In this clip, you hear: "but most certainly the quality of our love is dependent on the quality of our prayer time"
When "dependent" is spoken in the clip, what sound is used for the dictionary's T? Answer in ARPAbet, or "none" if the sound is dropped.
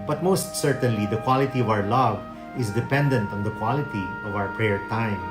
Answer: T